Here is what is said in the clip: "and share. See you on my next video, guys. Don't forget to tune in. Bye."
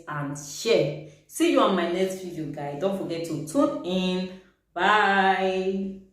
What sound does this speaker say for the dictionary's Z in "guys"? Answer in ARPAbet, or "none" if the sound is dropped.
none